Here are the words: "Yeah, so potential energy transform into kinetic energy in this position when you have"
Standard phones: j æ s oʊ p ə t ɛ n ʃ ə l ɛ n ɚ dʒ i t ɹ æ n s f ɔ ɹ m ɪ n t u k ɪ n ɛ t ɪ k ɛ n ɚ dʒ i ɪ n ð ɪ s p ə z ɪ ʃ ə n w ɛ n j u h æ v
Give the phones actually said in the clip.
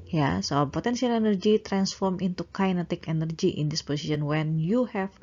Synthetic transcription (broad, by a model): j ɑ s oʊ p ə t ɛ n s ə l ɛ n ɚ dʒ i t ɹ æ n s f ɔ ɹ m ɪ n t u k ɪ n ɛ t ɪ k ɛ n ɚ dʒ i ɪ n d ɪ s p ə s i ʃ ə n w ɛ n j u h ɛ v